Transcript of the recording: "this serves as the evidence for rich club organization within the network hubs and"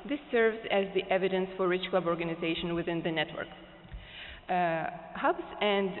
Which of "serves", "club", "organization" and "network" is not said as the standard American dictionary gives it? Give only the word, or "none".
none